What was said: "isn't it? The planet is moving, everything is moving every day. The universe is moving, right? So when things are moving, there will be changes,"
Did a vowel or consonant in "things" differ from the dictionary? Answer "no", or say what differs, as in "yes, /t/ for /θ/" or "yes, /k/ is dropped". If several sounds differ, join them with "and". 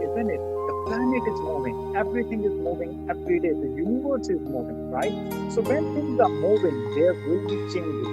yes, /s/ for /θ/